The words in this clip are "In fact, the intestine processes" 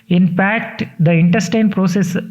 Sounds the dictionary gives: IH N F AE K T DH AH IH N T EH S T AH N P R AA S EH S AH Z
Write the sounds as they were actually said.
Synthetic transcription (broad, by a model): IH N P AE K T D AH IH N T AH S T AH N P R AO S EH S